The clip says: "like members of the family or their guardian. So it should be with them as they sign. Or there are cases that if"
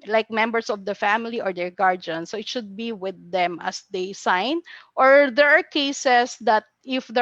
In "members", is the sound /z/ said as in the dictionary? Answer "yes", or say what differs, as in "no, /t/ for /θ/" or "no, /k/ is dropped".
no, /s/ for /z/